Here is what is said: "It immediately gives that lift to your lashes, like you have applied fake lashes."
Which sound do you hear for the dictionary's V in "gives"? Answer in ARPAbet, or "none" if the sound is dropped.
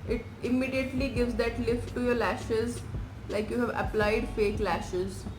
V